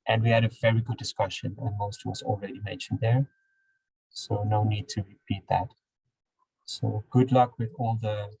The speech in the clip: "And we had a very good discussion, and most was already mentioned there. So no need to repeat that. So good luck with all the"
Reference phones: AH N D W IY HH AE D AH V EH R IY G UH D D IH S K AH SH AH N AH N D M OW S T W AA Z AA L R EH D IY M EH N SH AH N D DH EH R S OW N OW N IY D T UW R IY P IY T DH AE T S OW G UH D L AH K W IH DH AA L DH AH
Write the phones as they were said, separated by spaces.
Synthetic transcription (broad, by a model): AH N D W IY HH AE D AH V EH R IY G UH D D IH S K AH SH AH N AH N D M OW S T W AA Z AA L R EH D IY M EH N SH AH N D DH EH R S OW N OW N IY D T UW R IY P IY T DH AE T S OW G UH D L AH K W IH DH AA L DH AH